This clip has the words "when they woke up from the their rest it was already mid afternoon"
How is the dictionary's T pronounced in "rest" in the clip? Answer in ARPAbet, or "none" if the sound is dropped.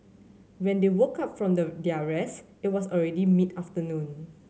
none